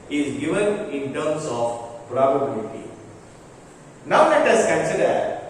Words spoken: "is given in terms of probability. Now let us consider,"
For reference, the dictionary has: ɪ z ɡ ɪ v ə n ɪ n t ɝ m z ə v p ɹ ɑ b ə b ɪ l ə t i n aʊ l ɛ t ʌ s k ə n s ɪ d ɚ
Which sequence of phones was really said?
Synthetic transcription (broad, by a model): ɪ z ɡ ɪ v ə n ɪ n t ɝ m s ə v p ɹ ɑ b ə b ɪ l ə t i n aʊ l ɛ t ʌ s k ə n s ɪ d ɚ